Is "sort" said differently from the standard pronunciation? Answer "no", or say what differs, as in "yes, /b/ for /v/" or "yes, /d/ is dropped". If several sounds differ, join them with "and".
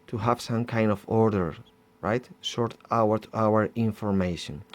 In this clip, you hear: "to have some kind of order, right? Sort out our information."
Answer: yes, /ʃ/ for /s/